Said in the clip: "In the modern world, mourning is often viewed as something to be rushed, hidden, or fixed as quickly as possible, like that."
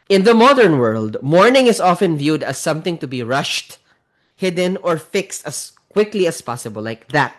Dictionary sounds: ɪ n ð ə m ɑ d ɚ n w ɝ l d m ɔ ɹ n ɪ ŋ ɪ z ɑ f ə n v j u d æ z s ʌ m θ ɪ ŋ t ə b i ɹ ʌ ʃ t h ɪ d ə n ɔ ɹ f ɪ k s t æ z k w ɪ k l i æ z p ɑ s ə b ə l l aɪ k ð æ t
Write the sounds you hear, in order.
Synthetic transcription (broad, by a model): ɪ n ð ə m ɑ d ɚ n w ɝ l d m ɔ ɹ n ɪ ŋ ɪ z ɑ f ə n v j u d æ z s ʌ m θ ɪ ŋ t ə b i ɹ ʌ ʃ t h ɪ d ə n ɔ ɹ f ɪ k s t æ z k w ɪ k l i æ s p ɑ s ə b ə l l aɪ k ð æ t